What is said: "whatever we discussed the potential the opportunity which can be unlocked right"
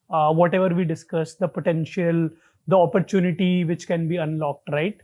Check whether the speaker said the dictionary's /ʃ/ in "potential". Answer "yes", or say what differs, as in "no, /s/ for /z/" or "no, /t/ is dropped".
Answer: yes